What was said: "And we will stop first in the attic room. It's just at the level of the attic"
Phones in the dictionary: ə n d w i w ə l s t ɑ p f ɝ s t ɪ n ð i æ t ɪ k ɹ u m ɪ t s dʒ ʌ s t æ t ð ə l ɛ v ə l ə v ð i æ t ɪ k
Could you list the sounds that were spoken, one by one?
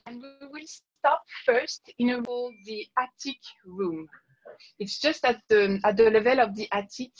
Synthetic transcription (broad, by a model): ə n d w i w ə l s t ɑ p f ɝ s t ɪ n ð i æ t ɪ k ɹ u m ɪ t s dʒ ʌ s t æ t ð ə l ɛ v ə l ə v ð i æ t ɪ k